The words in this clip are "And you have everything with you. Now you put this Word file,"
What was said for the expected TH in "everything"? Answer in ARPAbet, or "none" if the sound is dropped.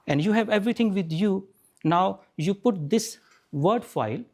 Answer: T